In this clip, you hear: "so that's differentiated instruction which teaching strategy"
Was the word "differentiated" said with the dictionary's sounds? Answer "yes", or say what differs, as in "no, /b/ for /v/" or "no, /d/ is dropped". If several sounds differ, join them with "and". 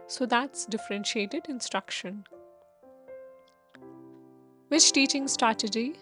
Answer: yes